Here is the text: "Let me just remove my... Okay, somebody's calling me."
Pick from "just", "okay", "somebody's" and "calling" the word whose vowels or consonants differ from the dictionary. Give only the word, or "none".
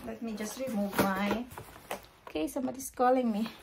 somebody's